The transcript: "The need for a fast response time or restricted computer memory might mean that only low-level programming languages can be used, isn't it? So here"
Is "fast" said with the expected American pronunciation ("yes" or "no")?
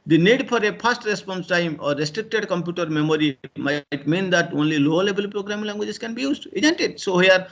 no